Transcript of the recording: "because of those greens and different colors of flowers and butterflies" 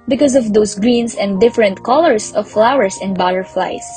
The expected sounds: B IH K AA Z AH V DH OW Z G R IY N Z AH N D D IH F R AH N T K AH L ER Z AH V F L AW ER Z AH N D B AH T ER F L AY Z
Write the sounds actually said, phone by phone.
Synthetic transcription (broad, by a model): B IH K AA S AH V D OW S G R IY N S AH N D D IH F R AH N T K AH L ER S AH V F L AW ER S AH N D B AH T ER F L AY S